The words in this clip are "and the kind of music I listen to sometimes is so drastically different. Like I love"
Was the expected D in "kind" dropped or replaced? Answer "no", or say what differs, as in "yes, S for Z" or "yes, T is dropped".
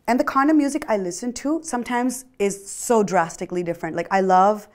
yes, D is dropped